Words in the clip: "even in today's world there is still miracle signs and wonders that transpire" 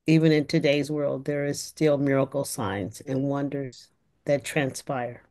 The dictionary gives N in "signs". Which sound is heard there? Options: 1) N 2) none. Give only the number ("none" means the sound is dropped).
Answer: 1